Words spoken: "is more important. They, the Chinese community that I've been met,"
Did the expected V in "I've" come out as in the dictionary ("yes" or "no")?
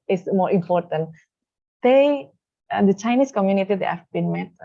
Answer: no